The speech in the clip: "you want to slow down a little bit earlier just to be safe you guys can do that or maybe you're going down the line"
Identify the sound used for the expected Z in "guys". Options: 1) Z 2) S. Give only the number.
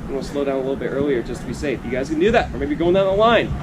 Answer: 1